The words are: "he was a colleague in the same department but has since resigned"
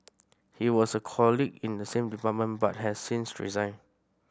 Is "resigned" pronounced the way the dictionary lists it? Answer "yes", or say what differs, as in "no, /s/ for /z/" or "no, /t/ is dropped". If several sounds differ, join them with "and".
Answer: no, /d/ is dropped